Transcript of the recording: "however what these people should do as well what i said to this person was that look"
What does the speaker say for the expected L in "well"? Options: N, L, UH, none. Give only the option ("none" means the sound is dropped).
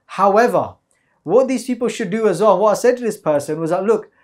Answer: N